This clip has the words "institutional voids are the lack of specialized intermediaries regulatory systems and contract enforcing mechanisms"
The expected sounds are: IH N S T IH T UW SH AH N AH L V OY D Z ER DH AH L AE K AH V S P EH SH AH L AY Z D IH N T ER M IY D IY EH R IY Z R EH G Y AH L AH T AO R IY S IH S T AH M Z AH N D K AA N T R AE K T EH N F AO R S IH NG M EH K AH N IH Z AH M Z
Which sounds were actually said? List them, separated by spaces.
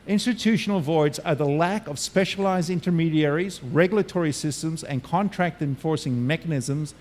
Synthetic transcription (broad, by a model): IH N S T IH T UW SH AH N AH L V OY D Z ER DH AH L AE K AH V S P EH SH AH L AY Z D IH N T ER M IY D IY EH R IY Z R EH G Y L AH T AO R IY S IH S T AH M Z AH N K AA N T R AE K T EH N F AO R S IH NG M EH K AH N IH Z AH M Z